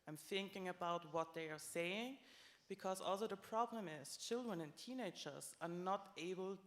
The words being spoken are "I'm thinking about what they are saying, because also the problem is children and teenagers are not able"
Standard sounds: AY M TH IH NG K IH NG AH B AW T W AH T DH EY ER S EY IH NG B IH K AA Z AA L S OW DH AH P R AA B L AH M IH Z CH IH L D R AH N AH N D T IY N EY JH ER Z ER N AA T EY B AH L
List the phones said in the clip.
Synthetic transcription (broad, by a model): AY M TH IH NG K IH NG AH B AW T W AH T DH EY ER S EY IH NG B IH K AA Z AA L S OW DH AH P R AA B L AH M IH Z CH IH L D R AH N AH N T IY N EY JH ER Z ER N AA T EY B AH L